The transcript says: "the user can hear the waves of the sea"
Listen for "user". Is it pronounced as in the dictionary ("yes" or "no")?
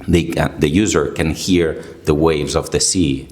yes